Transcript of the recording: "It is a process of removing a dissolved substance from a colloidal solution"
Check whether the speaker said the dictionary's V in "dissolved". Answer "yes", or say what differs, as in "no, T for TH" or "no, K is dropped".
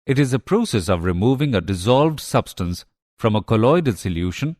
yes